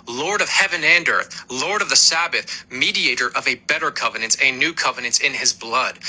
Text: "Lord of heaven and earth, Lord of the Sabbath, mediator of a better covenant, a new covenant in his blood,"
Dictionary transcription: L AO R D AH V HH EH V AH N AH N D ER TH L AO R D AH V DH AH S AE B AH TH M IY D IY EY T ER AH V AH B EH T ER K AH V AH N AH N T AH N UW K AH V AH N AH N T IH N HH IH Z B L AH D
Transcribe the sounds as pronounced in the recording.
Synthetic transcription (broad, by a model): L AO R D AH V HH EH V AH N AH N D ER TH L AO R D AH V DH AH S AE B AH TH M IY D IY EY T ER AH V AH B EH T ER K AH V AH N AH N T AH N UW K AH V AH N AH N T IH N IH Z B L AH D